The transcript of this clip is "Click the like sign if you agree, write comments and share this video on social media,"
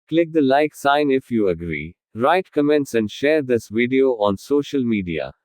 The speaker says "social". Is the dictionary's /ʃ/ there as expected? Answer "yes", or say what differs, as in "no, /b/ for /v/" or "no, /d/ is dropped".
yes